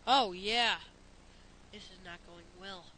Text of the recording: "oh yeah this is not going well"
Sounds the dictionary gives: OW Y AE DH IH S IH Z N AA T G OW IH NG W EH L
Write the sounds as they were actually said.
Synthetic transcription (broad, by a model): OW Y AE DH IH S IH Z N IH T G OW IH NG W EH L